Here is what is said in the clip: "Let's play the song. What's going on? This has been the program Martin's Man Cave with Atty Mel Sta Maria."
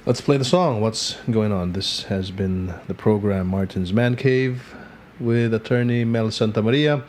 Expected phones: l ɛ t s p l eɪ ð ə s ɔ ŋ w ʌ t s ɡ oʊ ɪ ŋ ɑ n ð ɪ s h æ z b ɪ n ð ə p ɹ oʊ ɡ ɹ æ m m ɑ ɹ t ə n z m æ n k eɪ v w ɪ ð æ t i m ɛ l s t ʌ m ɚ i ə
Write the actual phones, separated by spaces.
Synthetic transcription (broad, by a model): l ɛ t s p l eɪ ð ə s ɔ ŋ w ʌ t s ɡ oʊ ɪ ŋ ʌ n ð ɪ s h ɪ z b ɪ n ð ə p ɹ oʊ ɡ ɹ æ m m ɑ ɹ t n z m æ n k eɪ v w ɪ ð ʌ t i m ɛ l s t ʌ m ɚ i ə